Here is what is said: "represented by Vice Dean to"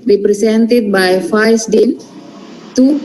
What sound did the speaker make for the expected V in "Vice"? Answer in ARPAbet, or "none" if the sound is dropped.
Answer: F